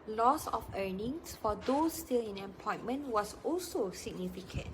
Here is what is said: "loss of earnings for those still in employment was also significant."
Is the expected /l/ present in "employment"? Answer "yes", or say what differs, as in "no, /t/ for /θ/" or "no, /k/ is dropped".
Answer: no, /l/ is dropped